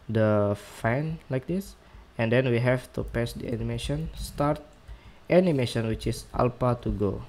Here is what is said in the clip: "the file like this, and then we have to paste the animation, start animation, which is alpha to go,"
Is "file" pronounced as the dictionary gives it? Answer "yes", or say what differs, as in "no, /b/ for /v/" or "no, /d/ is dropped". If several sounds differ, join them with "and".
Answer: no, /n/ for /l/